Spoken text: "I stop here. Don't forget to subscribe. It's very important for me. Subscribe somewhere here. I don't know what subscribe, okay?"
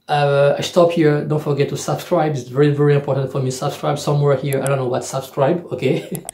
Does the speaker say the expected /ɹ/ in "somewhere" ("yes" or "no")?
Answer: yes